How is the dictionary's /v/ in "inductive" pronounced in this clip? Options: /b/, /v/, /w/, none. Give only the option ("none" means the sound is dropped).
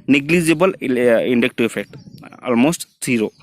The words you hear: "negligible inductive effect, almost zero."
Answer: none